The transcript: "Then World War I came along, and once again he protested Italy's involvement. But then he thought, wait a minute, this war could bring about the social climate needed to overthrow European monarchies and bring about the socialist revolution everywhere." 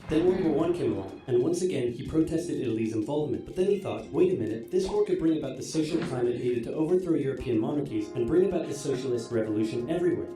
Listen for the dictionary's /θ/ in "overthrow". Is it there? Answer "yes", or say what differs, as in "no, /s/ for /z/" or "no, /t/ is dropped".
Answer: yes